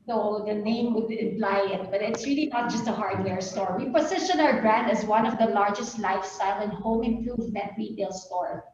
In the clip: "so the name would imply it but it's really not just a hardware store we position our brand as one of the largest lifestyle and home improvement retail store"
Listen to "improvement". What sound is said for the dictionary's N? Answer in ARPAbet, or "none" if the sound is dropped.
none